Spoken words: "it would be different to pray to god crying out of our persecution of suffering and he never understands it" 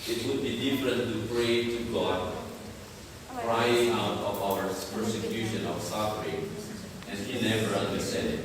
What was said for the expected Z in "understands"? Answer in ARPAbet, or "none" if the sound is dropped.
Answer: none